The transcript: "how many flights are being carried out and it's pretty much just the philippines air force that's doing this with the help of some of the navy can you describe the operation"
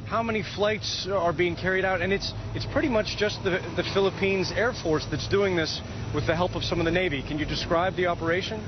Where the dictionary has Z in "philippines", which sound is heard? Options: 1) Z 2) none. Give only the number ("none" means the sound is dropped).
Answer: 1